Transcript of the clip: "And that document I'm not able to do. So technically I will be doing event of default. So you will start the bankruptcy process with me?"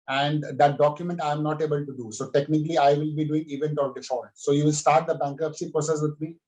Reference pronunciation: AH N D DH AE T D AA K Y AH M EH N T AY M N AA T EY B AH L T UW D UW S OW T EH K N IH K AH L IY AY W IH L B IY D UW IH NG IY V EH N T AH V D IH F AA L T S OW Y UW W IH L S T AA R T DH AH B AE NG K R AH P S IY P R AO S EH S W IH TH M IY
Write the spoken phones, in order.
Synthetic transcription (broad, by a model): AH N D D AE T D AA K Y AH M EH N T AY M N AA T EY B AH L T UW D UW S OW T EH K N IH K AH L IY AY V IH L B IY D UW IH NG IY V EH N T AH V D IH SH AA T S OW Y UW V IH L S T AA R T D AH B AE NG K AH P S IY P R AO S EH S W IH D M IY